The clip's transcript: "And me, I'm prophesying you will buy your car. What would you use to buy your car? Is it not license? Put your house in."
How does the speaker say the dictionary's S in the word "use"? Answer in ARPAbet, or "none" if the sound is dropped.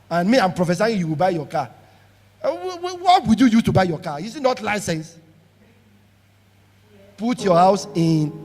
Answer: none